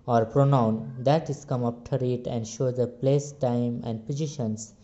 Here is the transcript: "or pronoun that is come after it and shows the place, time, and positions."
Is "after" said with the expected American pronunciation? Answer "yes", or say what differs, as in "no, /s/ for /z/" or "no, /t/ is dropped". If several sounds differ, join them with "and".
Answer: no, /p/ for /f/